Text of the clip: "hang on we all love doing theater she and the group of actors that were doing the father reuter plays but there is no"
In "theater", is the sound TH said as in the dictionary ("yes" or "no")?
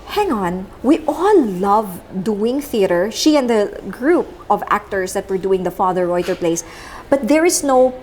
yes